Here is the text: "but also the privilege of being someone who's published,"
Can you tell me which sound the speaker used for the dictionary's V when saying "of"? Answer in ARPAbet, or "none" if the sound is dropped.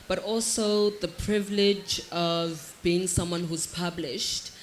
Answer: V